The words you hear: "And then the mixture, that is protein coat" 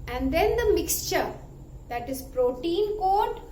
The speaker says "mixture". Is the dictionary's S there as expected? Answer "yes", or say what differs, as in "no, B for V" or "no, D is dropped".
yes